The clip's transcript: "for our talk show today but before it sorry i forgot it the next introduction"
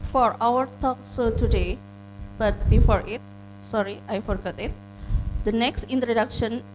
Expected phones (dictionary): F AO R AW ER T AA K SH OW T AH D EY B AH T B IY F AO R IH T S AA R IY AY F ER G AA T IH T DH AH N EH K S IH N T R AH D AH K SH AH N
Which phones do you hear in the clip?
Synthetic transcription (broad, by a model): F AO R AW ER T AA K S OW T AH D EY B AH T B IY F AO R IH T S AA R IY AY F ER G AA T IH T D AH N EH K S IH N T R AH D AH K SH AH N